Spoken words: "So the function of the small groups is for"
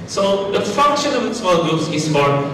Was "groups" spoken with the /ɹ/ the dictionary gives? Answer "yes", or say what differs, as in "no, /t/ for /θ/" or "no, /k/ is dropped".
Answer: no, /ɹ/ is dropped